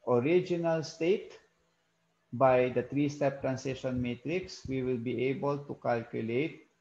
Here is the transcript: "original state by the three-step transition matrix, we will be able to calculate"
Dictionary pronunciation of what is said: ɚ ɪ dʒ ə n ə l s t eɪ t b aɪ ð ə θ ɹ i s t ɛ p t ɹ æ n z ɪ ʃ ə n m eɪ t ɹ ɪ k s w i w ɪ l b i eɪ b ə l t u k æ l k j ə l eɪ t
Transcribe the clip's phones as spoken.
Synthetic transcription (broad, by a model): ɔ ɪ dʒ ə n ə l s t eɪ t b aɪ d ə t ɹ i s t ɛ p t ɹ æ n s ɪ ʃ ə n m eɪ t ɹ ɪ k s w i w ɪ l b i eɪ b ə l t u k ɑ l k j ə l eɪ t